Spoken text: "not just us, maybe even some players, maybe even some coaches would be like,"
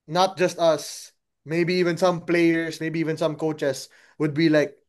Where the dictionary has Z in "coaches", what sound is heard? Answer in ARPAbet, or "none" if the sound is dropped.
S